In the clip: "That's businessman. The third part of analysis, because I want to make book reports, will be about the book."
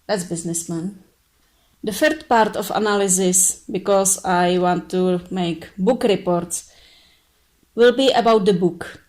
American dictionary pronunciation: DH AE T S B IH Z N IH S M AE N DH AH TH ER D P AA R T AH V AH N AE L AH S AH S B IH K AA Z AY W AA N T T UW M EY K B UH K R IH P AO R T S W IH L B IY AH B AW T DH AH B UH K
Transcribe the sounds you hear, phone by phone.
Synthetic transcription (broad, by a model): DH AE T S B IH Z N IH S M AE N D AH F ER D P AA R T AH F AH N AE L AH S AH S B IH K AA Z AY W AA N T T UW M EY K B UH K R IH P AO R T S W IH L B IY AH B AW T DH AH B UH K